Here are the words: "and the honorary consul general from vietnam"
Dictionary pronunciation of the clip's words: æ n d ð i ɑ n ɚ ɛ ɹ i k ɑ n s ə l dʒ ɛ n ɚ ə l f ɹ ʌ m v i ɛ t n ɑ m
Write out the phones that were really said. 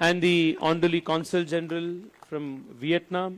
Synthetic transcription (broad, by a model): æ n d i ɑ n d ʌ l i k ɑ n s ə l dʒ ɛ n ɚ ə l f ɹ ʌ m v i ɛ t n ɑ m